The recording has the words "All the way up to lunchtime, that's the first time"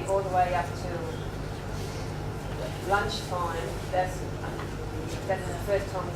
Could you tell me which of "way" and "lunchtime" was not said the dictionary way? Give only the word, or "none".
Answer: none